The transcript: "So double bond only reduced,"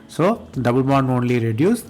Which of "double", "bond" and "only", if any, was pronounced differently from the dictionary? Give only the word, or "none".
bond